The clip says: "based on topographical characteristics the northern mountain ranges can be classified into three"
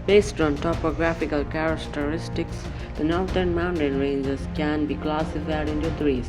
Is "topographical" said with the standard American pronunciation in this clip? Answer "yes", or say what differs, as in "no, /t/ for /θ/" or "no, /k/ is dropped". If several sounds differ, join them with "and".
yes